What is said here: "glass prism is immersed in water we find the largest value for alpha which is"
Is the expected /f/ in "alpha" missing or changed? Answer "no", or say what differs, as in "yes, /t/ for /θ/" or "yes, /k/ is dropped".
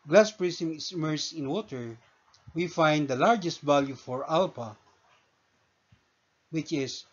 yes, /p/ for /f/